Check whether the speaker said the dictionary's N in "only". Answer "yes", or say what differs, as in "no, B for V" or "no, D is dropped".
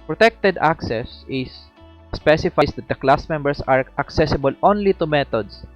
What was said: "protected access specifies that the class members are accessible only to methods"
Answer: yes